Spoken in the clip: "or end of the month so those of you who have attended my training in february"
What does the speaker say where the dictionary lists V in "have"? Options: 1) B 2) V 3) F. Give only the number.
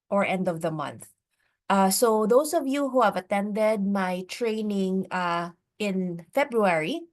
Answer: 2